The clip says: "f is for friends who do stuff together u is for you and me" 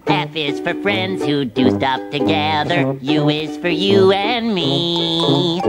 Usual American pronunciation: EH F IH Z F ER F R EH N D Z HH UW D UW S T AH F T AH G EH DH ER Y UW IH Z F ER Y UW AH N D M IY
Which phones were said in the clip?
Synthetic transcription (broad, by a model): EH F IH Z F ER F R EH N D Z HH UW D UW S T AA P T AH G EH DH ER Y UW IH Z F ER Y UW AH N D M IY